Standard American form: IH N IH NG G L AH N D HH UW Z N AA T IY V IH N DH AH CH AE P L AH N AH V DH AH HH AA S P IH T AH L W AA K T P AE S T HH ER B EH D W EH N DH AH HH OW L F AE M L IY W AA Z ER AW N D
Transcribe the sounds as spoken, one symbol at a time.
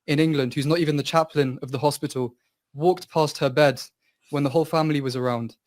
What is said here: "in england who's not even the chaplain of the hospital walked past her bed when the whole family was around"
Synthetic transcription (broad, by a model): IH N IH NG G L AH N D HH UW Z N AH T IY V IH N DH AH CH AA P L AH N AH V DH AH HH AA S P IH T AH L W AA K T P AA S T HH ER B EH D W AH N DH AH HH OW L F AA M L IY W AA Z ER AW N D